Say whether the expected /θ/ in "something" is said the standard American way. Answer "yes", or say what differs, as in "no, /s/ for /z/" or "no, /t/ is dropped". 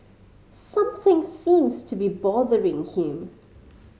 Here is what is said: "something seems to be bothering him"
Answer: yes